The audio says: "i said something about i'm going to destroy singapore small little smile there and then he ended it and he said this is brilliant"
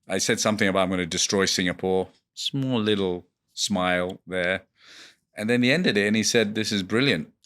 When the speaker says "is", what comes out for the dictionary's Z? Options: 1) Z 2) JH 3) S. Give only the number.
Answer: 1